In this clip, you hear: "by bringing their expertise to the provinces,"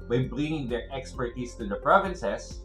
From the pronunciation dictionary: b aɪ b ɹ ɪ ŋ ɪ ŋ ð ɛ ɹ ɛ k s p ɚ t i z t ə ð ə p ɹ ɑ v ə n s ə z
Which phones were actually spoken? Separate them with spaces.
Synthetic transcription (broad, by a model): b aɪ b l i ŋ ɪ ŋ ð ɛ ɹ ɛ k s p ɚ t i s t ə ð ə p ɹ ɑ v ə n s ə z